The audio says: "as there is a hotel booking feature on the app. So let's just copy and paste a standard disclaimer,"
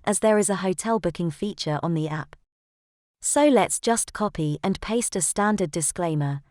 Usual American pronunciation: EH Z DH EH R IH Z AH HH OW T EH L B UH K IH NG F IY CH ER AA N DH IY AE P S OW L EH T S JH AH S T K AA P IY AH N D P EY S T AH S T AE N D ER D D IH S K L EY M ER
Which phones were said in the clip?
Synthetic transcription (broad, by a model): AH Z DH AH R IH Z AH HH OW T EH L B UH K IH NG F IY CH ER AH N DH IY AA P S OW L EH T S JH AH S K AA P IY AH N P EY S T AH S T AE N D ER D D IH S K L EY M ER